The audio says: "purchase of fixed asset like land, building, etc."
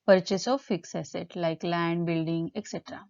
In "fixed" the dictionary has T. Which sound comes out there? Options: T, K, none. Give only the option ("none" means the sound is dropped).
none